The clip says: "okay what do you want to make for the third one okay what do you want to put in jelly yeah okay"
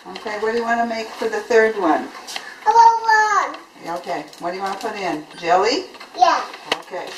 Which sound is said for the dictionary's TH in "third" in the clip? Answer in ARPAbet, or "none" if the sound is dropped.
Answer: TH